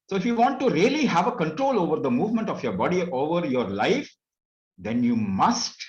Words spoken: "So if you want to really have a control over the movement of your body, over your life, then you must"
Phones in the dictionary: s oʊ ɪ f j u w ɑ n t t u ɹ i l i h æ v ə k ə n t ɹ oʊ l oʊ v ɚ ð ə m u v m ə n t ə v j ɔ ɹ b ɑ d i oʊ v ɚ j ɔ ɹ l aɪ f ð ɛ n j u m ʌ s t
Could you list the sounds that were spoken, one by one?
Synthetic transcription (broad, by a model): s oʊ ɪ f j u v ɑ n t t u ɹ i l i h æ v ə k ə n t ɹ oʊ l oʊ v ɚ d ə m u v m ə n t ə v j ɔ ɹ b ɑ d i oʊ v ɚ j ɔ ɹ l aɪ f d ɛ n j u m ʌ s t